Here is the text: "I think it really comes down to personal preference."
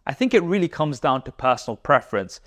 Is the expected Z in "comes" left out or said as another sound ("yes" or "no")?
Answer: no